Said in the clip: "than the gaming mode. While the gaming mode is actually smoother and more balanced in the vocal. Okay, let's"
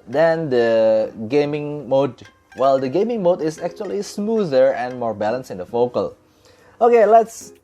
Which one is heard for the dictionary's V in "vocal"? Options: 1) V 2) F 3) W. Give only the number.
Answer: 2